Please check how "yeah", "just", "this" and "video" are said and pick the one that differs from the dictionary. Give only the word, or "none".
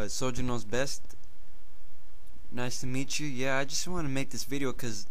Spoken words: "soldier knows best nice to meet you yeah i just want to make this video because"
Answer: none